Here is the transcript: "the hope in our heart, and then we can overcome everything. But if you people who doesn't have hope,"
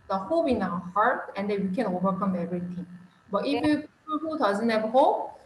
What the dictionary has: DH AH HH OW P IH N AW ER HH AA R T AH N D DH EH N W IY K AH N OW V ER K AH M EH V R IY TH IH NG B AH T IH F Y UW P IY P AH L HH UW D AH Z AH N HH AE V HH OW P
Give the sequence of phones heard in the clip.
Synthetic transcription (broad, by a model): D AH HH OW P IH N AW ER HH AA R T AH N D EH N W IY K AH N OW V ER K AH M EH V R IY T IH NG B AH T IH F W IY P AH HH UW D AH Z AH N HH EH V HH OW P